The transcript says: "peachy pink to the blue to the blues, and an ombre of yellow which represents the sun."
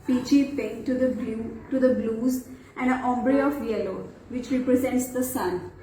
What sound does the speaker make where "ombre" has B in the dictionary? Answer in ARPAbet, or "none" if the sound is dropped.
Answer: B